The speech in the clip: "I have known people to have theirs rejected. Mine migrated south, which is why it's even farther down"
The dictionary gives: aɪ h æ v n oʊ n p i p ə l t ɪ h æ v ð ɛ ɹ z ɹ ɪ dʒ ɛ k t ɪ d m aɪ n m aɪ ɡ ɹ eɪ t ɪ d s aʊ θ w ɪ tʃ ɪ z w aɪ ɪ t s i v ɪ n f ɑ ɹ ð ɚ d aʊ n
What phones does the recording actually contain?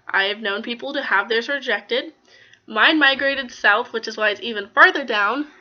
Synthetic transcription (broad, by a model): aɪ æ v n oʊ n p i p l t ɪ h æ v ð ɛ ɹ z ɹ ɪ dʒ ɛ k t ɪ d m aɪ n m aɪ ɡ ɹ eɪ t ɪ d s aʊ θ w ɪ tʃ ɪ z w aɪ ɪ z i v ɪ n f ɑ ɹ ð ɚ d aʊ n